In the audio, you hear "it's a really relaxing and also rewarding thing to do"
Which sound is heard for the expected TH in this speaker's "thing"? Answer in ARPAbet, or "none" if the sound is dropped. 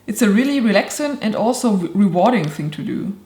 TH